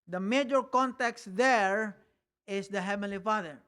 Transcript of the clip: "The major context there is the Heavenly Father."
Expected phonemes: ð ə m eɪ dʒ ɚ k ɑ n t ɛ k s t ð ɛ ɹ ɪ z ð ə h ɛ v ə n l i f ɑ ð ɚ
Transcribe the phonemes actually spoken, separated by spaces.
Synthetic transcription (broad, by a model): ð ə m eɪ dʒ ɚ k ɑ n t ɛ k s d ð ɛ ɹ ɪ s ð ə h ɛ v ə n l i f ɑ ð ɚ